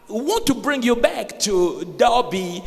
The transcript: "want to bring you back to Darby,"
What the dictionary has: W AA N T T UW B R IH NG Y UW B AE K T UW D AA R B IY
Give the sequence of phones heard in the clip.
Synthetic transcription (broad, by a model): W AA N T T UW B R IH NG Y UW B AE K T UW D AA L B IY